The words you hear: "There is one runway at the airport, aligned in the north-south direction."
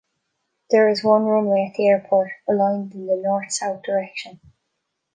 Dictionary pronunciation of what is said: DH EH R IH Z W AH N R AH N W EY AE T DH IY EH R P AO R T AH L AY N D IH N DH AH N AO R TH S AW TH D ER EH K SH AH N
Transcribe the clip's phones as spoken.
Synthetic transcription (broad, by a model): DH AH R IH Z W AH N R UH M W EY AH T DH IY EH R P AO R T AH L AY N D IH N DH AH N AO R TH S AW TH D ER EH K SH AH N